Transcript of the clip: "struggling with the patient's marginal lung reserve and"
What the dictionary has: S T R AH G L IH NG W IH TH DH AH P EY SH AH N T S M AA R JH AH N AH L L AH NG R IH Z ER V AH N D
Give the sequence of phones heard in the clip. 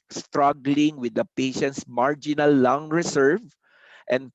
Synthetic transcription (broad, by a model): S T R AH G L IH NG W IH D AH P EY SH AH N T S M AA R JH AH N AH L L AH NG R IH S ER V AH N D